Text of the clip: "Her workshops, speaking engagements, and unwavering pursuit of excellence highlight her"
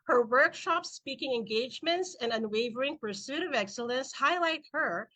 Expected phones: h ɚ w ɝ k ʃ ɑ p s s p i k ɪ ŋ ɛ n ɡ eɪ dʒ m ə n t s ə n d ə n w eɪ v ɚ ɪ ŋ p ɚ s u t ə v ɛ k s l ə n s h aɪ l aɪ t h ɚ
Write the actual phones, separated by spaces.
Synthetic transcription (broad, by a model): h ɚ w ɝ k ʃ ɑ p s s p i k ɪ ŋ ɛ n ɡ eɪ dʒ m ə n t s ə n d ə n w eɪ v ɚ ɪ ŋ p ɚ s u t ə v ɛ k s l ə n s h aɪ l aɪ t h ɚ